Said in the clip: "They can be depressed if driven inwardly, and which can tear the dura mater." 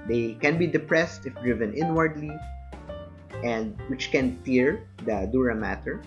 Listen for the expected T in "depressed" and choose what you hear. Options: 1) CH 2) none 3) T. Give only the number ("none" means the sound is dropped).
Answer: 3